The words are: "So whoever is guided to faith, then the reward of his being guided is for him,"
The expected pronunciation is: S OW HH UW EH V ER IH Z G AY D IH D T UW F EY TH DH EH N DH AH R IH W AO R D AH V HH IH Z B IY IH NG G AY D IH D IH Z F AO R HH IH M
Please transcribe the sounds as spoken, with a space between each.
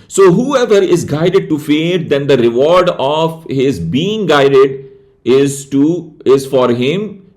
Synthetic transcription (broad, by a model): S OW HH UW EH V ER IH Z G AY D IH D T UW F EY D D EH N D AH R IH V AO R D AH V HH IH Z B IY IH NG G AY D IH D IH Z F AO R HH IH M